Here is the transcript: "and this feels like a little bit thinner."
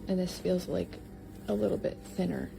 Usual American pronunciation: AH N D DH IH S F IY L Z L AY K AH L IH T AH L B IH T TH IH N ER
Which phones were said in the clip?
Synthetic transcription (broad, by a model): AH N DH IH S F IY L Z L AY K AH L IH T L B IH T TH IH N ER